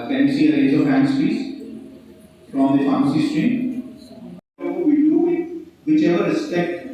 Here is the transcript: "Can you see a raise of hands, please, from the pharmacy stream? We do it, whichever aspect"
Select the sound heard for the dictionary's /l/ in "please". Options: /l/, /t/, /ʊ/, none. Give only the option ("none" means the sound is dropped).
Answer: none